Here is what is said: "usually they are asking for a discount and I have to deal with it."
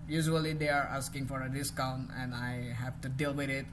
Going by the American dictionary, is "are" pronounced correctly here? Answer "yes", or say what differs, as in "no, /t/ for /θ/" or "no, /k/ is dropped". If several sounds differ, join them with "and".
yes